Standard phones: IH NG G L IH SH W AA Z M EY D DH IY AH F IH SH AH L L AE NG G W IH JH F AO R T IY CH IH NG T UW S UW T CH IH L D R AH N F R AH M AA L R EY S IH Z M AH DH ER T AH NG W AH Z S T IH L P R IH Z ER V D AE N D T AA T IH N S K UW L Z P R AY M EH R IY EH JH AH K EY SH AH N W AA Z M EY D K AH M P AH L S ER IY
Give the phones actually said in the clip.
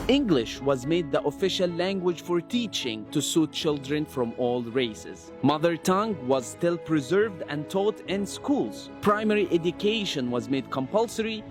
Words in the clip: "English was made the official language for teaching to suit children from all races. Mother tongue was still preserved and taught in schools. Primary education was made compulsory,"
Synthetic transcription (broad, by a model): IH NG G L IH SH W AA Z M EY D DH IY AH F IH SH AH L L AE NG G W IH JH F AO R T IY CH IH NG T UW S UW T CH IH L D R AH N F R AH M AA L R EY S IH Z M AH DH ER T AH NG W AH Z S T IH L P R IH Z ER V D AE N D T AA T IH N S K UW L Z P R AY M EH R IY EH JH AH K EY SH AH N W AA Z M EY D K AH M P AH L S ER IY